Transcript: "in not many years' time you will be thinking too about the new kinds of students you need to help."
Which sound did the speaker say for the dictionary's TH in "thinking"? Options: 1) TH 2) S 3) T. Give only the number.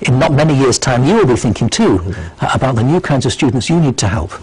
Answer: 1